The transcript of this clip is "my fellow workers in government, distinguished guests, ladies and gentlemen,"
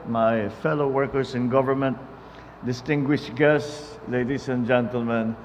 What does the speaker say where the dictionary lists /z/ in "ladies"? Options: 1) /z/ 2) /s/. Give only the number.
2